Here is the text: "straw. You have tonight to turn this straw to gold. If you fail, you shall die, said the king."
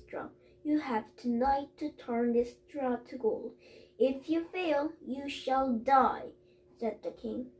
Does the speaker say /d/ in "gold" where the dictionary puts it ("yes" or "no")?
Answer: no